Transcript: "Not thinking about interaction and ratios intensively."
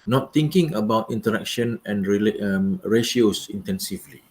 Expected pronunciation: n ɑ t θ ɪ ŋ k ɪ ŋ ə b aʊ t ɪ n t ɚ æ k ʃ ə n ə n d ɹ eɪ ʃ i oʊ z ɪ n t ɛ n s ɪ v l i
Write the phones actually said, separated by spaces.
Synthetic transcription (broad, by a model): n ɑ t t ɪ ŋ k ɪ ŋ ə b aʊ t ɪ n t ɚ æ k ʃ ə n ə n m ɹ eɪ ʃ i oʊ s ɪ n t ɛ n s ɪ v l i